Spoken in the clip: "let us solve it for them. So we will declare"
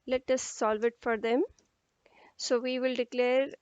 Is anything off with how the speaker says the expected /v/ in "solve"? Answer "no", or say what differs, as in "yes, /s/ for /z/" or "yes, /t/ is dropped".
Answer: no